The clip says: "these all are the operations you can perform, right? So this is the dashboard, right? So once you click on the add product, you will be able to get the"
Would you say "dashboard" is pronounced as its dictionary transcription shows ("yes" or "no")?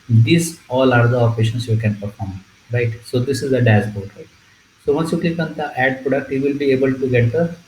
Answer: no